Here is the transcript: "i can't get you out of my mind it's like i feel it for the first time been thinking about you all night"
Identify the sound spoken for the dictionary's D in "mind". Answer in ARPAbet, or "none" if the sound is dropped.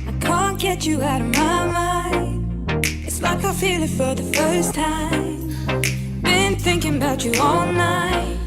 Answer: none